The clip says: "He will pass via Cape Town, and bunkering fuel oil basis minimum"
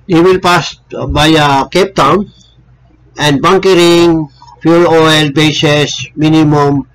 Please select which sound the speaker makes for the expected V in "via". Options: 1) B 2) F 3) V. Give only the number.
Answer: 1